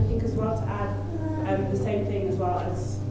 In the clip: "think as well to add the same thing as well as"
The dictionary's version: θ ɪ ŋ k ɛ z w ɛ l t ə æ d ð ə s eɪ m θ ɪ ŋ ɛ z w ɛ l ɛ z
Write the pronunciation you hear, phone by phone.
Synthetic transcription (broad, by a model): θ ɪ ŋ k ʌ z w ɛ l t ə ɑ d ð ə s eɪ m θ ɪ ŋ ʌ z w ɛ l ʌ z